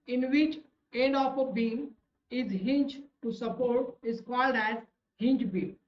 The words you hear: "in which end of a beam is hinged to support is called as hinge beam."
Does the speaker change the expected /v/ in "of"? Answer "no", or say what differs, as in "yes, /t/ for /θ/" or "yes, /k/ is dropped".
yes, /p/ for /v/